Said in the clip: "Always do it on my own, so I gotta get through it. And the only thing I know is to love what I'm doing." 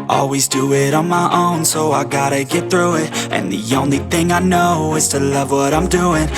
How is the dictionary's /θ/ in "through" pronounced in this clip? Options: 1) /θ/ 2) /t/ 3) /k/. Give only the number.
1